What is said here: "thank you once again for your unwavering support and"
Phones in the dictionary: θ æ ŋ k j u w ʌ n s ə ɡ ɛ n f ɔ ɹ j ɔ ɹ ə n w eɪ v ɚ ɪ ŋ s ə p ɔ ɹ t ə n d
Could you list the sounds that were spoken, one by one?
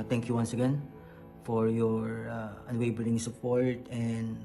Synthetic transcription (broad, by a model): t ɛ ŋ k j u w ʌ n s ə ɡ ɛ n f ɔ ɹ j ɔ ɹ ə n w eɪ b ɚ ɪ ŋ s ə p ɔ ɹ t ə n d